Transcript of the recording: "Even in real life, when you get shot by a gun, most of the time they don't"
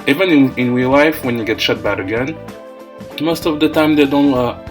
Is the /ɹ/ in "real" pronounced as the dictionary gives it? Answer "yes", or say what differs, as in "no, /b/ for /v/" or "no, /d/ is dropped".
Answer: no, /w/ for /ɹ/